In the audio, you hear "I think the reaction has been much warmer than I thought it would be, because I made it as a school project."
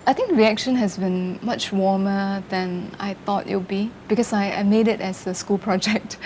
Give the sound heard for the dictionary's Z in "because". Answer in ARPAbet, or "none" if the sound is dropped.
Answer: S